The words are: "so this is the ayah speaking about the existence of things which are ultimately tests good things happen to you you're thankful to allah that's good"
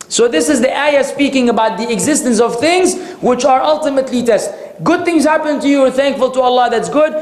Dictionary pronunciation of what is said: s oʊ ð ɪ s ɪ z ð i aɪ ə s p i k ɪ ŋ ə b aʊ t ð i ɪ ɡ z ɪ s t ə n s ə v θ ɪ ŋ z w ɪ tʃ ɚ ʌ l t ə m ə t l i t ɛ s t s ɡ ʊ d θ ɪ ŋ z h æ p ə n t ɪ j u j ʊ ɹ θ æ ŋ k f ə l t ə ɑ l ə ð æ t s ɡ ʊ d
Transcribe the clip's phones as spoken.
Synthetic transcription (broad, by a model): s oʊ ð ɪ s ɪ z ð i aɪ ə s p i k ɪ ŋ ə b aʊ t ð i ɪ ɡ z ɪ s t ə n s ə v θ ɪ ŋ z w ɪ tʃ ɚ ʌ l t ə m ə t l i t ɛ s t ɡ ʊ d θ ɪ ŋ z h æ p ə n t ɪ j u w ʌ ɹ θ æ ŋ k f ə l t ə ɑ l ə ð æ t s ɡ ʊ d